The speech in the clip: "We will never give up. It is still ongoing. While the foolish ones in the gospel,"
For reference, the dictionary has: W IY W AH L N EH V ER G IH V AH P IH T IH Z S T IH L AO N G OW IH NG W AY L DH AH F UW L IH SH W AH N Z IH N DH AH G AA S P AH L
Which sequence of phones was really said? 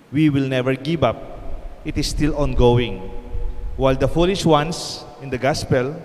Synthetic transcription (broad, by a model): W IY W AH L N EH V ER G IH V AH P IH T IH S T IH L AO N G OW IH NG W AY L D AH F UW L IH SH W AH N S IH N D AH G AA S P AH L